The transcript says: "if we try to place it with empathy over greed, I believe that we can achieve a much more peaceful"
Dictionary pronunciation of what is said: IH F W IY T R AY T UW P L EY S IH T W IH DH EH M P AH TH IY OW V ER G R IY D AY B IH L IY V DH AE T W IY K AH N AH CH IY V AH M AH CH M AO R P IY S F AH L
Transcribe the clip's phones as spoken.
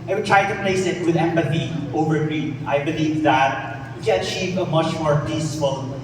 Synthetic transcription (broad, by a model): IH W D T R AY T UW P L EY S IH T W IH DH EH M P AH TH IY OW V ER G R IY AY B IH L IY V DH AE T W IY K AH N AH CH IY V AH M AH CH M AO R P IY S F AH L